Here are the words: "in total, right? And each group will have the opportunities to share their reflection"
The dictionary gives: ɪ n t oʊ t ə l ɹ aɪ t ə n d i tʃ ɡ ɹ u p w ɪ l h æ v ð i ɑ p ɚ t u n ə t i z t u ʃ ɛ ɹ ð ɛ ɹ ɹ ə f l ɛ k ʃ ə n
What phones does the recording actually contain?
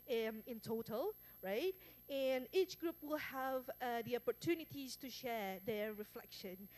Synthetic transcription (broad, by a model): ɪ n t oʊ t ə l ɹ aɪ t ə n i tʃ ɡ ɹ u p w ɪ l h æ v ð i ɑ p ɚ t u n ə t i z t u ʃ ɛ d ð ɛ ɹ ɹ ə f l ɛ k ʃ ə n